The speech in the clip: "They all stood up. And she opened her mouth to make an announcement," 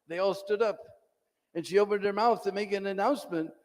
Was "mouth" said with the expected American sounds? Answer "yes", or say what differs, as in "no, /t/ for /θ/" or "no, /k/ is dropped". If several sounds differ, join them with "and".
yes